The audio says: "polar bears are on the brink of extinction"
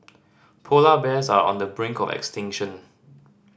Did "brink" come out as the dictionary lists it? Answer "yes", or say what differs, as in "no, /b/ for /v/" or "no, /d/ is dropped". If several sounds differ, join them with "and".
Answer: yes